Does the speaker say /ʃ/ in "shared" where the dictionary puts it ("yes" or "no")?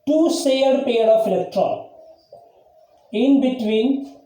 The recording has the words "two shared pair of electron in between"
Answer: no